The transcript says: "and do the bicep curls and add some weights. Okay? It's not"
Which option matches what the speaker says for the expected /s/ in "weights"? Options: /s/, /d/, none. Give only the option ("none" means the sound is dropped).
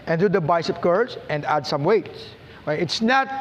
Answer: /s/